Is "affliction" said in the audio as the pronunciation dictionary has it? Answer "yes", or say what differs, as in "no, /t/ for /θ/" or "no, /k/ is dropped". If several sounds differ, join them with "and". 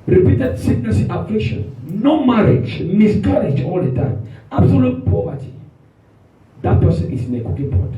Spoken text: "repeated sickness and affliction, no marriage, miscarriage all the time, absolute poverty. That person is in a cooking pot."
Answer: no, /k/ is dropped